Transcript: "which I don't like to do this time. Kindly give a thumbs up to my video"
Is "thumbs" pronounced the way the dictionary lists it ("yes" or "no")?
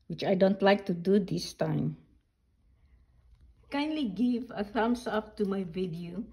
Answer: no